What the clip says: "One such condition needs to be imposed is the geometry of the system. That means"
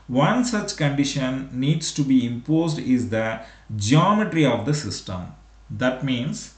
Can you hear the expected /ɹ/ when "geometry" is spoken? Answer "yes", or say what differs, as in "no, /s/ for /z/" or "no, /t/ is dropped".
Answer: yes